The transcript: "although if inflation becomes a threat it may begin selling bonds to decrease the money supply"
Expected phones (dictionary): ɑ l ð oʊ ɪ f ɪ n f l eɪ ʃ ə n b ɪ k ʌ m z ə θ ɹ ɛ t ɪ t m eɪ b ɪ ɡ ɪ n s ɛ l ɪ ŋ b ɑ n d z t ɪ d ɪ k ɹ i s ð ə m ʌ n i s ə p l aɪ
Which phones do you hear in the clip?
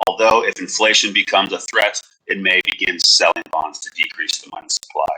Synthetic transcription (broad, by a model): ɑ l ð oʊ ɪ f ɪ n f l eɪ ʃ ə n b ɪ k ʌ m z ə θ ɹ ɛ t ɪ t m eɪ b ɪ ɡ ɪ n s ɛ l ɪ ŋ b ɑ n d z t ɪ d ɪ k ɹ i s ð ə m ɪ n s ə p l aɪ